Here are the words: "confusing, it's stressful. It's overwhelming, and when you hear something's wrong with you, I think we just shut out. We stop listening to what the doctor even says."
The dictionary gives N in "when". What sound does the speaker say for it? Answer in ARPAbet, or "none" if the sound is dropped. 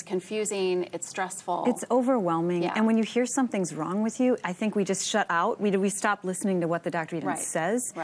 N